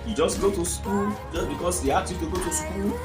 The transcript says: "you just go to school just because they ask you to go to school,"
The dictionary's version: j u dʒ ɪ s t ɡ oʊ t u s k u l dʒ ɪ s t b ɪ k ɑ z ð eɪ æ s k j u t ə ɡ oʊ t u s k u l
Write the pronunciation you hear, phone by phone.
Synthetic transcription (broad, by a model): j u dʒ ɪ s ɡ oʊ t u s k u l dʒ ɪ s b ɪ k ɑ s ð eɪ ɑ k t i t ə ɡ oʊ t u s k u l